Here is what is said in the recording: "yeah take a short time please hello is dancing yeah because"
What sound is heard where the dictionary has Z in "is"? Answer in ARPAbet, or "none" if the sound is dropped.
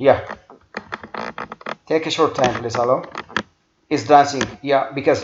S